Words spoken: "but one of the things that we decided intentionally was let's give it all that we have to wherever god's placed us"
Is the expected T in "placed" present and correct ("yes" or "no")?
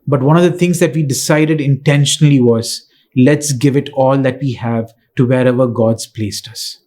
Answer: yes